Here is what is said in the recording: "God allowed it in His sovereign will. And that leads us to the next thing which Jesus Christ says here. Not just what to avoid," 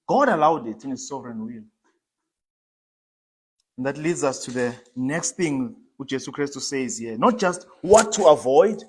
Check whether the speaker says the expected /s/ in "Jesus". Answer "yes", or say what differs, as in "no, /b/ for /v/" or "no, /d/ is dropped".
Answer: no, /s/ is dropped